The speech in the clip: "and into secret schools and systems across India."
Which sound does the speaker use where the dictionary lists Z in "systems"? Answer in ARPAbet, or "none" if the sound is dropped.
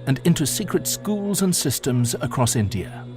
Z